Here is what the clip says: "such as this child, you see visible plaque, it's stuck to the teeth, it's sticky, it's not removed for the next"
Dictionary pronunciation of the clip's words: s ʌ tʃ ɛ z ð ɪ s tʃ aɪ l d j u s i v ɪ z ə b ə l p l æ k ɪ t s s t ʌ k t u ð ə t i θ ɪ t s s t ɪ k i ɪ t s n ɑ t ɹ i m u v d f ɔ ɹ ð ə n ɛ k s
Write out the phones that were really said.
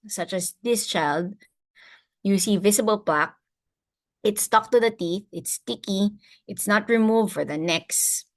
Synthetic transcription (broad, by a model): s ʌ tʃ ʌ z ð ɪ s tʃ aɪ l d j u s i v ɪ s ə b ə l p l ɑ k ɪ t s s t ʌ k t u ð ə t i θ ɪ t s s t ɪ k i ɪ t s n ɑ t ɹ i m u v d f ɔ ɹ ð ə n ɛ k s